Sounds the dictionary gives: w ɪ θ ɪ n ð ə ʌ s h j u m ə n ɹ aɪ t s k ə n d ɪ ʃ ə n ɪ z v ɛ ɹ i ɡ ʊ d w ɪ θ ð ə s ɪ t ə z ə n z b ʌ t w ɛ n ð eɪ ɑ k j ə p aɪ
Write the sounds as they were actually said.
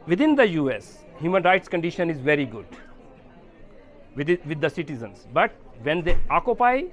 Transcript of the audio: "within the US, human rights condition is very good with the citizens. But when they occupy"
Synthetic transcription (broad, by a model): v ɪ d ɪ n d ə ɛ s h j u m ə n ɹ aɪ t s k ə n d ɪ ʃ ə n ɪ z v ɛ ɹ i ɡ ʊ d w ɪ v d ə s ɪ t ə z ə n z b ʌ t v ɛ n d eɪ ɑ k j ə p aɪ